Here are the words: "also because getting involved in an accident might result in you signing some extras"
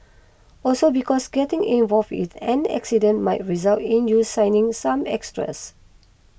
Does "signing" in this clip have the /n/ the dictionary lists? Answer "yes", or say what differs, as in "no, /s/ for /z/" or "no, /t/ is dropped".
yes